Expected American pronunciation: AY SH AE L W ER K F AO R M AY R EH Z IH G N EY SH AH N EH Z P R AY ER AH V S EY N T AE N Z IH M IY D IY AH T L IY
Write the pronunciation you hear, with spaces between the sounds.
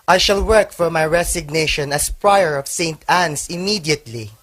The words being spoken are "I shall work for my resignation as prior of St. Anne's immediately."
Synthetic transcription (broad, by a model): AY SH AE L W ER K F AO R M AY R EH S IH G N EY SH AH N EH S P R AY ER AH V S EY N T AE N S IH M IY D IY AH T L IY